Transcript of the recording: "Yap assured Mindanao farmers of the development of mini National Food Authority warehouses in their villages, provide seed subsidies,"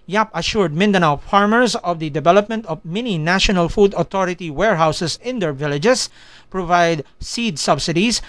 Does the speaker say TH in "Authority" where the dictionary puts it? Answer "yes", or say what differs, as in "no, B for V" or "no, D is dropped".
no, T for TH